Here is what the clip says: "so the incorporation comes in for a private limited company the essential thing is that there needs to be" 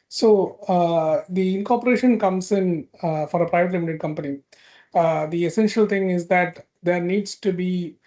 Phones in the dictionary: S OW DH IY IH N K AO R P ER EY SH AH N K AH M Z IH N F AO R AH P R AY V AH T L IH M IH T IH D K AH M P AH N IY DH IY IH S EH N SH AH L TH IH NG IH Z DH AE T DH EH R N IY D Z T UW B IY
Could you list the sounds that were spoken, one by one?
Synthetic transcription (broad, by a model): S OW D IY IH N K AO R P ER EY SH AH N K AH M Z IH N F AO R AH P R AY V AH T L IH M IH T IH D K AH M P AH N IY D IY IH S EH N SH AH L T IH NG IH Z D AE T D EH R N IY D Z T UW B IY